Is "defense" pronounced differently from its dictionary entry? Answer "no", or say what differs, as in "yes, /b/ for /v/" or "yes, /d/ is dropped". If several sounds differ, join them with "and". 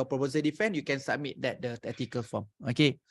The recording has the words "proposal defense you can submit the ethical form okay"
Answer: yes, /s/ is dropped